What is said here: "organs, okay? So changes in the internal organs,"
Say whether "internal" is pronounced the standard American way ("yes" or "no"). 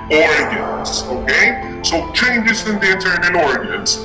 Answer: no